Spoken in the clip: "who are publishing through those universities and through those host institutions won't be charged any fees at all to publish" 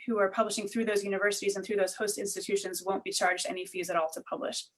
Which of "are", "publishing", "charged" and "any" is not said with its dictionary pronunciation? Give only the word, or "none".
none